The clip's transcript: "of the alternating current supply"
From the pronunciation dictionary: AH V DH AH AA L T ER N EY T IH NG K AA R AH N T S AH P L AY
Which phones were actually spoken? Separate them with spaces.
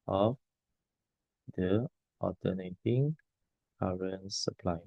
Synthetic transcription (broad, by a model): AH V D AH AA T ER N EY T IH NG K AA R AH N S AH P L AY